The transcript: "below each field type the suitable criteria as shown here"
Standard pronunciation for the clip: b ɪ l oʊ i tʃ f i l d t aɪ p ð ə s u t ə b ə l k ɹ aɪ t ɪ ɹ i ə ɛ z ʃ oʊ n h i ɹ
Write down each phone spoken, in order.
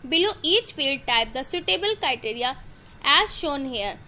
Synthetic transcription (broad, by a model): b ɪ l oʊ i tʃ f i l d t aɪ p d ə s u t ə b ə l k ɹ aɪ t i ɹ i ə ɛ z ʃ oʊ n h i ɹ